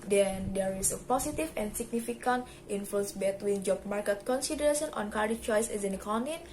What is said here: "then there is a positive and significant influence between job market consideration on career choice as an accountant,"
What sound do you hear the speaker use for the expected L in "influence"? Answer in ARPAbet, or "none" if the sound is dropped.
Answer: none